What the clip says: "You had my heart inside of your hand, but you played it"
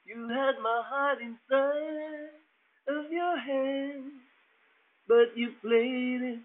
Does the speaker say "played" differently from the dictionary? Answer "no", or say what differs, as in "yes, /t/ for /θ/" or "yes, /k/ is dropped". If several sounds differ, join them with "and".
yes, /d/ is dropped